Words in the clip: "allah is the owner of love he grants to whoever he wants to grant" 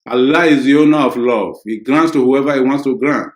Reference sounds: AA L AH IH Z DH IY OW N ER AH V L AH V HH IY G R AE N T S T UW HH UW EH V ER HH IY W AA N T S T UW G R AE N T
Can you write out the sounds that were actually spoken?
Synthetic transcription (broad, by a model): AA L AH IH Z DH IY OW N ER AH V L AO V HH IY G R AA N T S T UW HH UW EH V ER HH IY W AA N T S T UW G R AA N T